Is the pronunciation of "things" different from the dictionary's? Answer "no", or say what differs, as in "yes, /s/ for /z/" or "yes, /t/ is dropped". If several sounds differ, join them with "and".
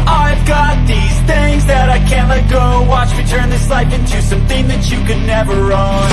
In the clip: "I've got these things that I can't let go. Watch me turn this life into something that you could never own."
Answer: no